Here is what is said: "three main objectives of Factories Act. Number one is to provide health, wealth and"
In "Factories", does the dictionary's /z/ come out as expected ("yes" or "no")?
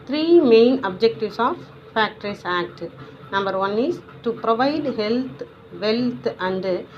no